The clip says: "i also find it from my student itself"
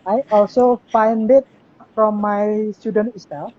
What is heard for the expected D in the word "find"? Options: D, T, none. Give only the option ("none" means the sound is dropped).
D